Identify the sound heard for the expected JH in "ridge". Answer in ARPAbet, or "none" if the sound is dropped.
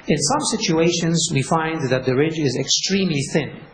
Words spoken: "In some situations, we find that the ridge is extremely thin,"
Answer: JH